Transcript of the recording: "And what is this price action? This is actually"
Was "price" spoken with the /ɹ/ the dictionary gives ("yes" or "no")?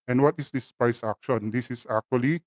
no